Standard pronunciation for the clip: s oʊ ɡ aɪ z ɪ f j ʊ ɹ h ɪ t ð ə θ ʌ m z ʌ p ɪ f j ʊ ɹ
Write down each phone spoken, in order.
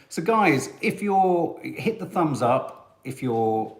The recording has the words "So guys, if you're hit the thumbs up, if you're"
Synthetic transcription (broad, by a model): s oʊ ɡ aɪ z ɪ f j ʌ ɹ h ɪ t ð ə θ ʌ m z ʌ p ɪ f j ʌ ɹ